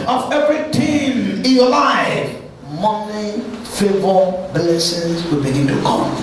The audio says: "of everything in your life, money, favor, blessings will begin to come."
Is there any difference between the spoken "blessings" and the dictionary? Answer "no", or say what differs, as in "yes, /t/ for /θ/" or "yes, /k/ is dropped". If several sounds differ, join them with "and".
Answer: yes, /ŋ/ is dropped